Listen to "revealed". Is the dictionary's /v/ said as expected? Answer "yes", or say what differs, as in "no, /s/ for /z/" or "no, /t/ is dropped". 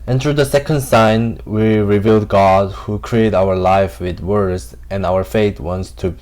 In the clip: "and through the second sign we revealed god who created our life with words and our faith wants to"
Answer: yes